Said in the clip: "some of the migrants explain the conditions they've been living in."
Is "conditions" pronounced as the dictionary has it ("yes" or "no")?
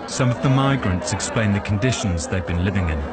yes